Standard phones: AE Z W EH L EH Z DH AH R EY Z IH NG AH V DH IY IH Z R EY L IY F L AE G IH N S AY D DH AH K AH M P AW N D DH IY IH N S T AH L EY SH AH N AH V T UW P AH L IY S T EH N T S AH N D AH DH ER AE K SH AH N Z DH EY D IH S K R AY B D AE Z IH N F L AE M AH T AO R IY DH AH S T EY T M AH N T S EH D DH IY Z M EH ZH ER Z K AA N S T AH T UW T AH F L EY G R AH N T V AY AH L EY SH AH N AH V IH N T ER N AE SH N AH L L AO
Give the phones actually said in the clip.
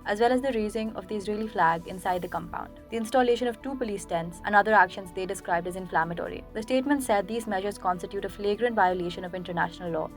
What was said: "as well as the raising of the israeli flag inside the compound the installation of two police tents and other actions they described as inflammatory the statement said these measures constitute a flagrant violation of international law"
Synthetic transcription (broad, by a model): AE Z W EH L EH Z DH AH R EY Z IH NG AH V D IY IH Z R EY L IY F L AE G IH N S AY D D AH K AH M P AW N D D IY IH N S T AH L EY SH AH N AH V T UW P AH L IY S T EH N T S AH N D AH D ER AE K SH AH N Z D EY D IH S K R AY B D AE Z IH N F L AE M AH T AO R IY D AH S T EY T M AH N T S EH D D IY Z M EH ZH ER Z K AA N S T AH T UW T AH F L EY G R AH N T V AY AH L EY SH AH N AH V IH N T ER N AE SH N AH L L AO